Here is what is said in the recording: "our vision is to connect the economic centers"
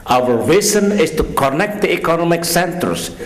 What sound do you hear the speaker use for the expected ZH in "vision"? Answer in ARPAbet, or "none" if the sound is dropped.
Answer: Z